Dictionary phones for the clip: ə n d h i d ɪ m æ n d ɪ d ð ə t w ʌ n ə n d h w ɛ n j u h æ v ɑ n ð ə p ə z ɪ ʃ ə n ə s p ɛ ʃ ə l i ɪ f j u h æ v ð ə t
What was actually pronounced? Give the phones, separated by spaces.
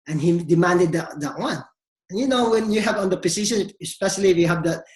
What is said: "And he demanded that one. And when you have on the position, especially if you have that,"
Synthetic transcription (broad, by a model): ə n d h i d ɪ m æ n d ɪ d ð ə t w ʌ n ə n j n w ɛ n j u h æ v ɑ n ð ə p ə s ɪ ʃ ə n ə s p ɛ ʃ ə l i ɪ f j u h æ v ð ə t